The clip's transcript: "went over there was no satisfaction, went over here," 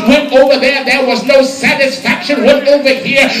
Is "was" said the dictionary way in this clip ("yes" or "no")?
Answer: yes